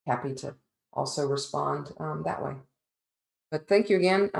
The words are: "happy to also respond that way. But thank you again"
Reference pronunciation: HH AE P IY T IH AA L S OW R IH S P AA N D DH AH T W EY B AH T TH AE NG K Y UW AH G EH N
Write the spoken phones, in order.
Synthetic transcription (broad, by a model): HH AE P IY T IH AA L S OW R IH S P AA N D DH AH T W EY B AH T TH AE NG K Y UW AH G EH N